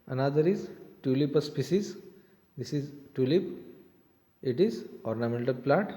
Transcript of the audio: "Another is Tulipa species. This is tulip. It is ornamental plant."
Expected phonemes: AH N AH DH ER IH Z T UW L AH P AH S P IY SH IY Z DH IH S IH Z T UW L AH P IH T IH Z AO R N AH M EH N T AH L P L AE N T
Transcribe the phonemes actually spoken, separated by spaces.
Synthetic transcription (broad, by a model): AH N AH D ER IH Z T UW L AH P AH S P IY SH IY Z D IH S IH Z T UW L AH P IH T IH Z AO R N AH M EH N T AH L P L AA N T